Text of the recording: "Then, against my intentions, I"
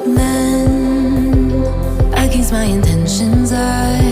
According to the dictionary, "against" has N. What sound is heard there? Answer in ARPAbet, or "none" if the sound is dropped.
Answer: none